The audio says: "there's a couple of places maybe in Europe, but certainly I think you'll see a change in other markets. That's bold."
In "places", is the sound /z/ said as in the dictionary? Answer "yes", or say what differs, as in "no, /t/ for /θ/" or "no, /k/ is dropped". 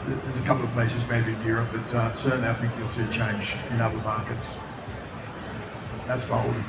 yes